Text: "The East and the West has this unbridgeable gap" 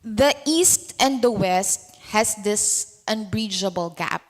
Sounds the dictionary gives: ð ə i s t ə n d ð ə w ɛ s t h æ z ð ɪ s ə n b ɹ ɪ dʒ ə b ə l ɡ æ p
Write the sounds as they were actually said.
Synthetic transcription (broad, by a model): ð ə i s t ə n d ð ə w ɛ s t h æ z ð ɪ s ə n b ɹ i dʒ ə b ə l ɡ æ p